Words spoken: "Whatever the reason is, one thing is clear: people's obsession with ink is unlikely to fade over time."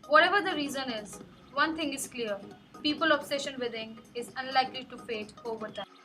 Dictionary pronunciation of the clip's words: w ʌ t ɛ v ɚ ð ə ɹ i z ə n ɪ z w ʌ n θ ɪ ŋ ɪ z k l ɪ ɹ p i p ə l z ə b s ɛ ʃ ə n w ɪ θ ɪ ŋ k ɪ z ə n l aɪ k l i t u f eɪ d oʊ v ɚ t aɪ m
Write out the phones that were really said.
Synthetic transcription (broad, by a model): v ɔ t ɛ v ɚ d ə ɹ i z ə n ɪ z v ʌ n t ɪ ŋ ɪ z k l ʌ ɹ p i p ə l ə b s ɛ ʃ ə n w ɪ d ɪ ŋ ɪ z ə n l aɪ k l i t u f eɪ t oʊ v ɚ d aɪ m